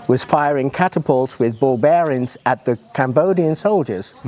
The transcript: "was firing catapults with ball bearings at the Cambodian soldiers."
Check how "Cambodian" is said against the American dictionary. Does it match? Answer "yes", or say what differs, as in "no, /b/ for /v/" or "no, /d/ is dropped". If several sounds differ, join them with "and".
yes